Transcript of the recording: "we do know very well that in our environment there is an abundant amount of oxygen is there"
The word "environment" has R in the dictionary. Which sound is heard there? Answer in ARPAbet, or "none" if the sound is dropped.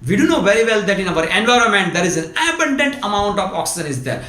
R